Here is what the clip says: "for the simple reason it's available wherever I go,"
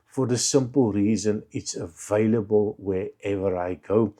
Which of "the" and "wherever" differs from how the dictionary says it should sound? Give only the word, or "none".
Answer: none